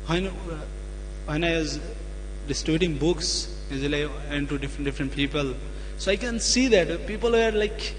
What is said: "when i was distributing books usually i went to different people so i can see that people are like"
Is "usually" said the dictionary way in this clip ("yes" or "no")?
no